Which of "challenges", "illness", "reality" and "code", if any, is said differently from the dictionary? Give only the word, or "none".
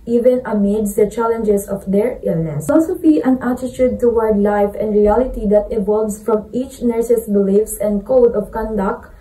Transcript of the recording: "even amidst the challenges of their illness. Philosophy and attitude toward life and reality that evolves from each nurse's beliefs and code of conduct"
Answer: challenges